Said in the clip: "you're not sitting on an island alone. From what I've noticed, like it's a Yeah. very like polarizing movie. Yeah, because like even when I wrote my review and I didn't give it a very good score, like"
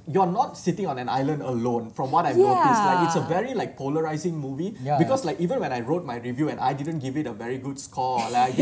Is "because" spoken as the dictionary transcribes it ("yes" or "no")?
no